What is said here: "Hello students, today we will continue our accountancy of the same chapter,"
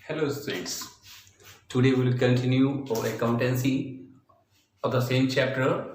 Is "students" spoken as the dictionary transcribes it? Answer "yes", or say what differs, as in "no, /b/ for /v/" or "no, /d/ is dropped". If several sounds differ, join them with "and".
no, /n/ is dropped